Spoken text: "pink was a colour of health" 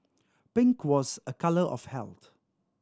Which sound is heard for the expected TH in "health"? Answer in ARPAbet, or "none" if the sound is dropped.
T